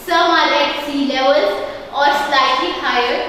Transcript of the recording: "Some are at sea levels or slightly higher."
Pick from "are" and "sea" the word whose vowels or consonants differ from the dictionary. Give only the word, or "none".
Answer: are